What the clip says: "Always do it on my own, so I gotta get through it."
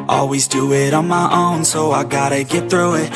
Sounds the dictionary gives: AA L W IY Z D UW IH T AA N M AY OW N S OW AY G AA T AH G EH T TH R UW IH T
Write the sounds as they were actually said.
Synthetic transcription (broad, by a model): AA L W IY Z D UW IH T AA N M AY OW N S OW AY G AA T AH G EH T TH R UW IH T